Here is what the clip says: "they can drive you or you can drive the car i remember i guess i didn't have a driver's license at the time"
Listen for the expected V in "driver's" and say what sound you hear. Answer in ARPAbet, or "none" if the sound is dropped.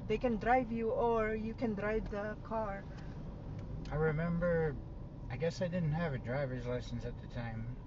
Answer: V